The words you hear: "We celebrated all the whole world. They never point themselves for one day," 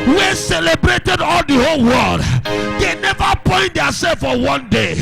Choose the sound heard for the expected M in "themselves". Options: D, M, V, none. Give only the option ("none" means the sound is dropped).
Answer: none